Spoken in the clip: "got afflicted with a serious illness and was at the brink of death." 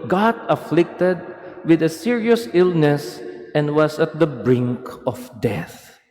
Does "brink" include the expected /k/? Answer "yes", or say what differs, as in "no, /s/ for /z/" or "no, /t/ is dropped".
yes